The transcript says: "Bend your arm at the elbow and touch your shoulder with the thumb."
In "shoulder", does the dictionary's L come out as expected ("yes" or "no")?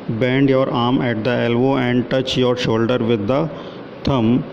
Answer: yes